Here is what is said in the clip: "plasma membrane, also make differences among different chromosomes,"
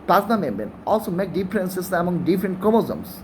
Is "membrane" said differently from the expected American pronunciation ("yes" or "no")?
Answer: yes